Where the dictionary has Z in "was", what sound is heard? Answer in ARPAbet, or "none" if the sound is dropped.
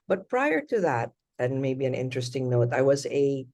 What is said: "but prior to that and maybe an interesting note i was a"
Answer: Z